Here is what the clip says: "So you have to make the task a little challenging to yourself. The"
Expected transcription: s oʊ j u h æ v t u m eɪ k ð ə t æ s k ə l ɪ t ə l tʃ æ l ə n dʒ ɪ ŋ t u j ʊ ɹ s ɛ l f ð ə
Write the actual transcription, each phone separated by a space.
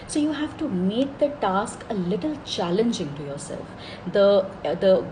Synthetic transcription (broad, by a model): s oʊ j u h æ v t u m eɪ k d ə t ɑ s k ə l ɪ t ə l tʃ æ l ə n dʒ ɪ ŋ t u j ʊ ɹ s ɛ l f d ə